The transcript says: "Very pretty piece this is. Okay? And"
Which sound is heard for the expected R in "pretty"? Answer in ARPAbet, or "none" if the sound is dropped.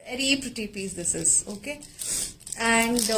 R